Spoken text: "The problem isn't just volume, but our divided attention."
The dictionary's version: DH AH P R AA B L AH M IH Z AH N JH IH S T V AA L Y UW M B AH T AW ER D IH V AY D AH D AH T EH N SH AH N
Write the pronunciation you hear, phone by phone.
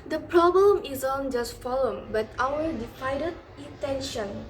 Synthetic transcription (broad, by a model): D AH P R AA B L AH M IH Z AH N JH IH S T F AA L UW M B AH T AW ER D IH F AY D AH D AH T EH N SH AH N